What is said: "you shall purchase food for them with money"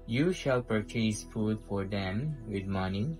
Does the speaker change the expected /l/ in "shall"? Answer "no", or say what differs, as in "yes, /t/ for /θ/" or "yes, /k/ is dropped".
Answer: no